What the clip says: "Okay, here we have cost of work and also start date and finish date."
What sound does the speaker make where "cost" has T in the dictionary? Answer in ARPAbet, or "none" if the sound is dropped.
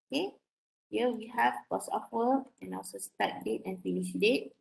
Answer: none